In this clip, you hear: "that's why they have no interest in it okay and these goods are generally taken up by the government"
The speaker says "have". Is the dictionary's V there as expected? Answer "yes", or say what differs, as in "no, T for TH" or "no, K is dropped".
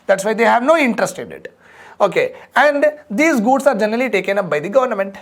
yes